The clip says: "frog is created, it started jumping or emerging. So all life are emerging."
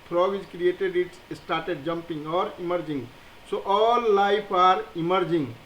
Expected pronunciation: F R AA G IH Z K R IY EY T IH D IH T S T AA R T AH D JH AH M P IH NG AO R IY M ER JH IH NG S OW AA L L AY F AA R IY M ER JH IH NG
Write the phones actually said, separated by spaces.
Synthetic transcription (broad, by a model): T R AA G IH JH K R IY EY T IH D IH T S T AA R T AH D JH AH M P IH NG AO R IY M ER JH IH NG S OW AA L L AY P AA R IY M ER JH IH NG